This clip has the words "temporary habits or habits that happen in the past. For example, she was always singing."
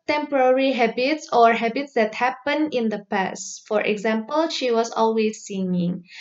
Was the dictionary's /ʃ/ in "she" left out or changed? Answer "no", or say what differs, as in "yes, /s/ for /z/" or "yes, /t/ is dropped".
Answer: no